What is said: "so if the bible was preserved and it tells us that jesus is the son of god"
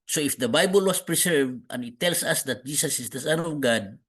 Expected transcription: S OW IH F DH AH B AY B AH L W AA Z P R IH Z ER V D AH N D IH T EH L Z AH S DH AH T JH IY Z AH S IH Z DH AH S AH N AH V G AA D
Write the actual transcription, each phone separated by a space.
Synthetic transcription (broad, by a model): S OW IH F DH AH B AY B AH L W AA S P R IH S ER V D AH N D IH T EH L S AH S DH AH T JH IY S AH S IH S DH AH S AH N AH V G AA D